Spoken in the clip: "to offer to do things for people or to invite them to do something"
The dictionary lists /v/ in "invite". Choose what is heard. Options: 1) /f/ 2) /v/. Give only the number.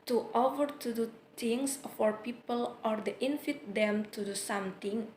1